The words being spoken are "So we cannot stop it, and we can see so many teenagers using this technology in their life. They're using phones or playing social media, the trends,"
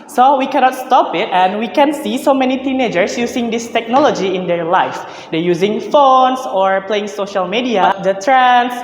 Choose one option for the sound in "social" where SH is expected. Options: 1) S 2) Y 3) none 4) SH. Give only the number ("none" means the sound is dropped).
4